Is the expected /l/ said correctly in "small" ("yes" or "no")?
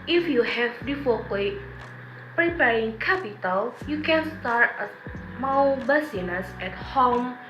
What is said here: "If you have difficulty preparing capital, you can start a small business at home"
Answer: no